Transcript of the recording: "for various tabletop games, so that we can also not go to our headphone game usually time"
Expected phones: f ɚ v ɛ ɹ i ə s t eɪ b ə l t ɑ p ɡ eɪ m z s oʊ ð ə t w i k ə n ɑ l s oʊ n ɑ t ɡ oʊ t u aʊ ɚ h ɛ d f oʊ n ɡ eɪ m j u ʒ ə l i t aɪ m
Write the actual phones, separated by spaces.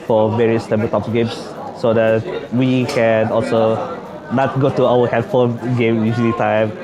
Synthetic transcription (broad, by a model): f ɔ v ɛ ɹ i ə s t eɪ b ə t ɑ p ɡ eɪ m s oʊ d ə t w i k ə n ɑ l s oʊ n ɑ t ɡ oʊ t u aʊ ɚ h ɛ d f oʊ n ɡ eɪ m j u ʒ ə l i t aɪ m